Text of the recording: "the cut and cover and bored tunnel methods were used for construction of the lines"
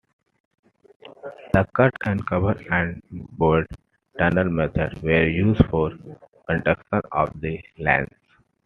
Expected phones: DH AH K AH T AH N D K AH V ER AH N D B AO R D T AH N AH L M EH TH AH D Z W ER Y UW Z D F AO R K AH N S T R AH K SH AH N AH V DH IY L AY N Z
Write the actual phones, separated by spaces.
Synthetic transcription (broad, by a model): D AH K AH T AH N D K AH V ER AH N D B AO R D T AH N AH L M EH T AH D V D Y UW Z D F AO R K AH N T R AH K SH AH N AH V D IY L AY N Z